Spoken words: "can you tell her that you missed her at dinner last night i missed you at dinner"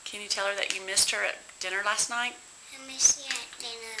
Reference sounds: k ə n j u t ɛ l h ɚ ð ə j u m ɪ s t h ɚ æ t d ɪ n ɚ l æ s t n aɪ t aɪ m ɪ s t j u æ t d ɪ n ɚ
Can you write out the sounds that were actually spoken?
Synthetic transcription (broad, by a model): k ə n j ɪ t ɛ l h ɚ ð ə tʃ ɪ m ɪ s t h ɚ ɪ t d ɪ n ɚ l æ s t n aɪ t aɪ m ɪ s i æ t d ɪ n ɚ